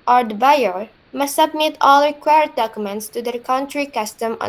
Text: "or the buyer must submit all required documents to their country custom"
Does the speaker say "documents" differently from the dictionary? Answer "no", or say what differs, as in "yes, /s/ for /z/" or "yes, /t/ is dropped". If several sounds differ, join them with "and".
no